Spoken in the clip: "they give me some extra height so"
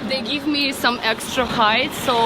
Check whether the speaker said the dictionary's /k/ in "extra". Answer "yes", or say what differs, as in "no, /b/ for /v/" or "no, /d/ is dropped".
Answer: yes